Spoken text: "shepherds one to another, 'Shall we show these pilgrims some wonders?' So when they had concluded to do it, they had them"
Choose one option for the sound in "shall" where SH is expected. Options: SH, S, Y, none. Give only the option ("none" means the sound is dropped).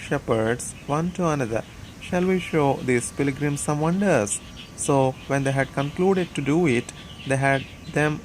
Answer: SH